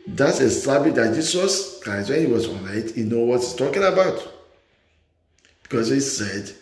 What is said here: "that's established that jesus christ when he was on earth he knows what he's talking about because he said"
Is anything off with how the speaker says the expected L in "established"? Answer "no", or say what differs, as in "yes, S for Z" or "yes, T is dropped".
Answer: yes, L is dropped